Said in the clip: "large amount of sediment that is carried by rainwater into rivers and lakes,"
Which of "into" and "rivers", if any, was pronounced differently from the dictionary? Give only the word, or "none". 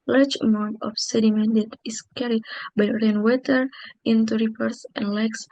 rivers